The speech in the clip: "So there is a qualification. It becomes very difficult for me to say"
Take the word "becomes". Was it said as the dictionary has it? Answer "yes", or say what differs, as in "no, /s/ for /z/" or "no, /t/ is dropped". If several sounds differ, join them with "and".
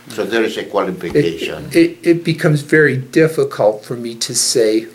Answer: yes